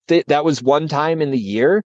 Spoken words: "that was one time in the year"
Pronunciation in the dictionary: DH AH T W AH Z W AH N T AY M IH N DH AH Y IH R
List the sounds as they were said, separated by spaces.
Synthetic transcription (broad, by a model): DH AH T W AH Z W AH N T AY M IH N DH AH Y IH R